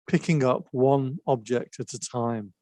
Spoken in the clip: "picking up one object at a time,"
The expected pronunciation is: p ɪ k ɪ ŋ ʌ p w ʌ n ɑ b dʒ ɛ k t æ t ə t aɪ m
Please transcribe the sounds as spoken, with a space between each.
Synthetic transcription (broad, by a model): p ɪ k ɪ ŋ ʌ p w ʌ n ɑ b dʒ ɛ k t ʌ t ə t aɪ m